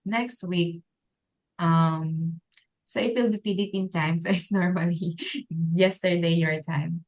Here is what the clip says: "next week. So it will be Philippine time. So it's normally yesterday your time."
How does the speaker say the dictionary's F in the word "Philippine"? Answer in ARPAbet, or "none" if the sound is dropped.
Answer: P